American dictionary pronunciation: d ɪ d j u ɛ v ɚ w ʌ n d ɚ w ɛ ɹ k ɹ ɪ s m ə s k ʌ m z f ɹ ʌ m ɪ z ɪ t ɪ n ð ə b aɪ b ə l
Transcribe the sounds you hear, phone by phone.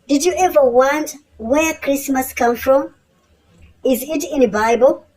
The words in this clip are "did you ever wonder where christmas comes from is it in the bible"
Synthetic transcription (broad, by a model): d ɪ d j u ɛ v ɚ w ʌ n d w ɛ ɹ k ɹ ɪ s m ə s k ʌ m f ɹ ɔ m ɪ z ɪ t ɪ n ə b aɪ b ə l